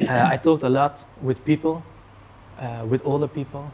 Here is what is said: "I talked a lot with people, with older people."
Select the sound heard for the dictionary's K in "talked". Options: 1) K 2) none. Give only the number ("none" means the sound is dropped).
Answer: 1